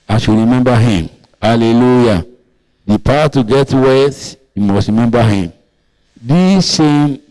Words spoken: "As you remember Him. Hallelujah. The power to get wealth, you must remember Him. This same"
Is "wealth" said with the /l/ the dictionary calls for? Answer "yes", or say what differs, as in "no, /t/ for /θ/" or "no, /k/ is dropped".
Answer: no, /l/ is dropped